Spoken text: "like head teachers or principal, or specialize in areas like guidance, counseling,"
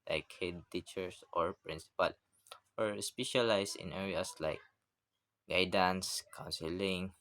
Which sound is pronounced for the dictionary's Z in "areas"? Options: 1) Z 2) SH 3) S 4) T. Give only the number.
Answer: 3